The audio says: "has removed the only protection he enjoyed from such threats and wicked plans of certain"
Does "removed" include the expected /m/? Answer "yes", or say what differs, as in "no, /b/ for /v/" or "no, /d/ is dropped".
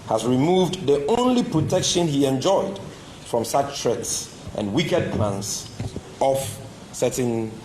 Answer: yes